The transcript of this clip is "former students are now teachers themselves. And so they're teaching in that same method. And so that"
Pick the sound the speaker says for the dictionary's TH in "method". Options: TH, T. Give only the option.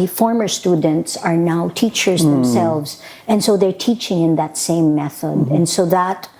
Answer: TH